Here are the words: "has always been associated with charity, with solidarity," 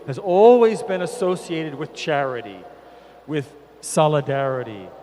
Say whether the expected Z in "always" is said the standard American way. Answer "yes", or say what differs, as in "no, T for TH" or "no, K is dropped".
yes